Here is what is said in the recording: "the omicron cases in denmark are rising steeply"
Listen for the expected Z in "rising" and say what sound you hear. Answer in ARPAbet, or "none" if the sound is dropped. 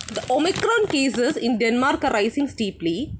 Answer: S